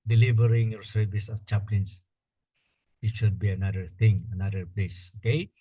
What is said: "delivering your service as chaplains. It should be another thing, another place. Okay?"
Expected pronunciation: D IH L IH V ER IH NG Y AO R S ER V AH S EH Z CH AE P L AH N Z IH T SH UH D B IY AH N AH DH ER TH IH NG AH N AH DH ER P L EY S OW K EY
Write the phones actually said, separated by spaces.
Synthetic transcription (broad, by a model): D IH L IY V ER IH NG Y AO R S ER V AH S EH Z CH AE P L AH N S IH T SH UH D B IY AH N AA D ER T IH NG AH N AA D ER P L EY S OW K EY